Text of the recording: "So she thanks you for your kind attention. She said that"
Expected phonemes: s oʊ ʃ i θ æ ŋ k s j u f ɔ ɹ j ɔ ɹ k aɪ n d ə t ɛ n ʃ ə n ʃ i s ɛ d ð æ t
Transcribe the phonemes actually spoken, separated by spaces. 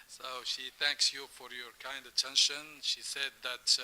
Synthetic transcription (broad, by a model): s oʊ ʃ i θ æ ŋ k s j u f ɔ ɹ j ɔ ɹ k aɪ n d ə t ɛ n ʃ ə n ʃ i s ɛ d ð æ t